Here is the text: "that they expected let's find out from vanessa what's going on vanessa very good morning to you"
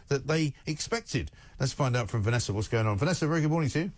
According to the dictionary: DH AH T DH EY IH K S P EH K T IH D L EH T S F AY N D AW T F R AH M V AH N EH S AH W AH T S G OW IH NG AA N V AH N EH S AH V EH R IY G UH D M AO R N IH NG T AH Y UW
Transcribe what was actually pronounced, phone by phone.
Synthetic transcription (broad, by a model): DH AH T DH EY IH K S P EH K T IH D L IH T S F AY N D AW T F R AH M V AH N EH S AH W AH T S G OW IH NG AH N V AH N EH S AH V EH R IY G UH D M AO R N IH NG T UW